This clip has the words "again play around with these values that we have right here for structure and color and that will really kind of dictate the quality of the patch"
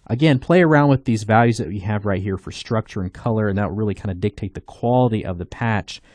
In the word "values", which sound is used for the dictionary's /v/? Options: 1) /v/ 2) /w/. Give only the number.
1